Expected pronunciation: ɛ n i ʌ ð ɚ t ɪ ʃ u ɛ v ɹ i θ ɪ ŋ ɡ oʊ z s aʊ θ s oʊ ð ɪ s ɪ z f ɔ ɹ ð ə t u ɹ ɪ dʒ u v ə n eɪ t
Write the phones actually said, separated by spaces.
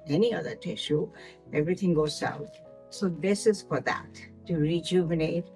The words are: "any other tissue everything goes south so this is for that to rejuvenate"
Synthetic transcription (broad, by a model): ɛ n i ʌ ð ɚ t ɪ ʃ u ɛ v ɹ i t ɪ ŋ ɡ oʊ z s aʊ t s oʊ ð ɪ s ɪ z f ɔ ɹ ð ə t u ɹ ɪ dʒ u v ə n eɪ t